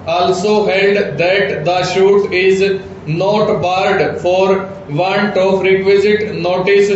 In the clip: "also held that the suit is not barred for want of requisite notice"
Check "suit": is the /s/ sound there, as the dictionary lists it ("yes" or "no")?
no